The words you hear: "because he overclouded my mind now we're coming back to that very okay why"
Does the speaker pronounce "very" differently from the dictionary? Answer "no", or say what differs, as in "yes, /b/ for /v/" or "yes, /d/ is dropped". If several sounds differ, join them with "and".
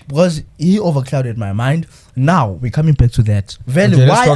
yes, /l/ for /ɹ/